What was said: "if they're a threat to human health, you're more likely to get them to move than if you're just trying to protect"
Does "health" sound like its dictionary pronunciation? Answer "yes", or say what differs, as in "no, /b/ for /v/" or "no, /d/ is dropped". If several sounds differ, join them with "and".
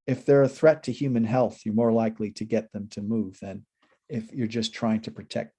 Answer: yes